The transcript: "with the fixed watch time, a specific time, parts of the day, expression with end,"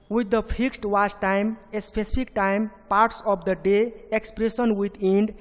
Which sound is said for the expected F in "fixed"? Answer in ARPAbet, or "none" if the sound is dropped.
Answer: P